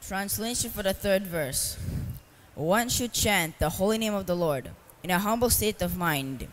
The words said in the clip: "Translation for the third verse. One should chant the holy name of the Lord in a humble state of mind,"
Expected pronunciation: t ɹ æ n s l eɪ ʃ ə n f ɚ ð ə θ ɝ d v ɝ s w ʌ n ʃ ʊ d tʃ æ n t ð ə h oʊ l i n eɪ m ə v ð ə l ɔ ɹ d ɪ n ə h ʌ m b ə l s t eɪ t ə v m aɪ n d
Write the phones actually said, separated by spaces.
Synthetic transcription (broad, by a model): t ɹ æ n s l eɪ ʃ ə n f ɚ ð ə θ ɝ d v ɝ s w ʌ n ʃ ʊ d tʃ æ n t ð ə h oʊ l i n eɪ m ə v ð ə l ɔ ɹ d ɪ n ə h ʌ m b l s t eɪ t ə v m aɪ n d